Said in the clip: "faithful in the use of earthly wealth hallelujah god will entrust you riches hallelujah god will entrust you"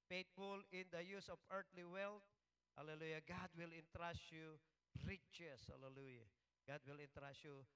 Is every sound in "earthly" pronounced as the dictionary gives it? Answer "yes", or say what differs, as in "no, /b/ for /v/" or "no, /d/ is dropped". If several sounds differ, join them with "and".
no, /t/ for /θ/